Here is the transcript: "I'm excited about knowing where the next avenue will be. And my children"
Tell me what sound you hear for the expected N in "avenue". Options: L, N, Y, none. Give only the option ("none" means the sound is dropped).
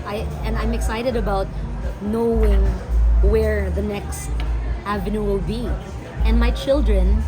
N